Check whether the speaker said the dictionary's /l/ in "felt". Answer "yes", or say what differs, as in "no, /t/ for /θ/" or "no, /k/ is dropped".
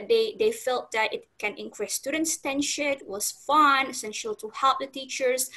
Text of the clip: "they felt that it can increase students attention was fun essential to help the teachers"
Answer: yes